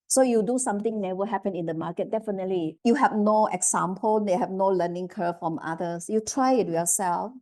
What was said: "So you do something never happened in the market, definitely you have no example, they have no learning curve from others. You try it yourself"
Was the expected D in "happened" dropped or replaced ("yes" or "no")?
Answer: yes